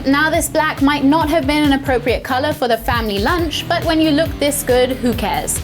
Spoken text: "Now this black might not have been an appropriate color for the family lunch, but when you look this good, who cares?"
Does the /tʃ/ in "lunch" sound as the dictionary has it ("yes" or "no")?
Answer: yes